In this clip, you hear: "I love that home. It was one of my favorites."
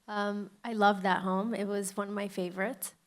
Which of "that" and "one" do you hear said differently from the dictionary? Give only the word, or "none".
none